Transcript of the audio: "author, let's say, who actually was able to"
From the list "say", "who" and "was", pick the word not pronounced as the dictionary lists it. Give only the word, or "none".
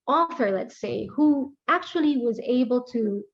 none